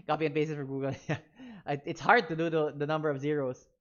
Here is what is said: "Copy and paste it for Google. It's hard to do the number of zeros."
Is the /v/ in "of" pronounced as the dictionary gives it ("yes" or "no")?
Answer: yes